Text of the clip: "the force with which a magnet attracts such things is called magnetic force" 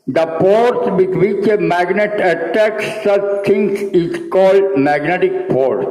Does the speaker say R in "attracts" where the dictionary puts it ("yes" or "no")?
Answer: no